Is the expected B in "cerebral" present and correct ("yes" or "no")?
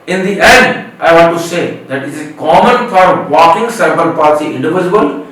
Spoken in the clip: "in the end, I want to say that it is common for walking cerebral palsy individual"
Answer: no